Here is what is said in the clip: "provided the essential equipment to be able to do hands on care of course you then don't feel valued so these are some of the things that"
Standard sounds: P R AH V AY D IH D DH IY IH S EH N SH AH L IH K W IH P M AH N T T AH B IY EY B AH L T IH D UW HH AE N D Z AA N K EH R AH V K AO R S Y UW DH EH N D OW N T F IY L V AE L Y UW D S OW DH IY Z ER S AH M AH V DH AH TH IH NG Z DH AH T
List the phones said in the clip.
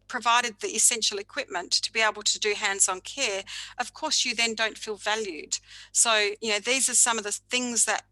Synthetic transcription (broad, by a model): P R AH V AY D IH D DH IY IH S EH N SH L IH K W IH P M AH N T T AH B IY EY B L T IH D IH HH AE N D Z N K EH R AH V K AO R S Y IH DH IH N D OW N T F IY L V AE L Y UW D S OW DH IY Z ER S AH M AH V DH AH TH IH NG Z DH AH T